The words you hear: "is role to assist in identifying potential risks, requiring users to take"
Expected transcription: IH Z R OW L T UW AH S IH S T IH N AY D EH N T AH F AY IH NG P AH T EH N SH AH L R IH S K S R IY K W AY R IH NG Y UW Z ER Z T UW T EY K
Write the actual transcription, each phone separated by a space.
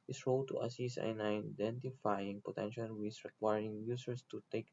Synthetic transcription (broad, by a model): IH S R OW L T UW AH S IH S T IH N AY D EH N T AH F AY IH NG P AH T EH N SH AH L W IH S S R IY K W AY R IH NG Y UW S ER S T UW T EY K